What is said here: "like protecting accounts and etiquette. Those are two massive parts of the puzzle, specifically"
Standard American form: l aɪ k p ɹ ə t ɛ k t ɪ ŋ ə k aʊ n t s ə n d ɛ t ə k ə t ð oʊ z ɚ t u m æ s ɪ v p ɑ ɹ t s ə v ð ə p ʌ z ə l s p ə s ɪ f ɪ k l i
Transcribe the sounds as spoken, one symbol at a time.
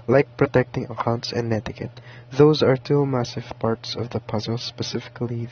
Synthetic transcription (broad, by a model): l aɪ k p ɹ ə t ɛ k t ɪ ŋ ə k aʊ n t s ə n d ɛ t ə k ə t ð oʊ z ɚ t u m æ s ɪ v p ɑ ɹ t s ə v ð ə p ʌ z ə l s p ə s ɪ f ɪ k l i